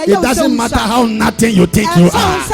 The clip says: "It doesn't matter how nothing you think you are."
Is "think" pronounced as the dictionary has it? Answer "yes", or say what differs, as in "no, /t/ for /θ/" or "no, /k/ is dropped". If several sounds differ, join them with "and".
no, /t/ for /θ/